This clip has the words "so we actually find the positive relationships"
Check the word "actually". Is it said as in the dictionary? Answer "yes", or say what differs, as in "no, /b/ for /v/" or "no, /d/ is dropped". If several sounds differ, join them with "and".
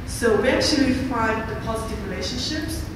yes